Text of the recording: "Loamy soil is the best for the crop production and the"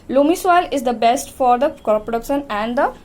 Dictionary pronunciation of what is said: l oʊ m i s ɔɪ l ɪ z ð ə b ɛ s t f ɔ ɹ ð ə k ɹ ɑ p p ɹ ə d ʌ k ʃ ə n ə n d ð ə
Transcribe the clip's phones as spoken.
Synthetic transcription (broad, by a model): l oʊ m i s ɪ l ɪ z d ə b ɛ s t f ɔ ɹ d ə k ɑ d p ɹ ə d ʌ k ʃ ə n ə n d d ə